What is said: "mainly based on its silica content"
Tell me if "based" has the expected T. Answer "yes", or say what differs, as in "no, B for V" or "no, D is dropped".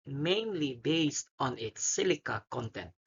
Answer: yes